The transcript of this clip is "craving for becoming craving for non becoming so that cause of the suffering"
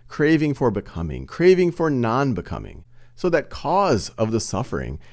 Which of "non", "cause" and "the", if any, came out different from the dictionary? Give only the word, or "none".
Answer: none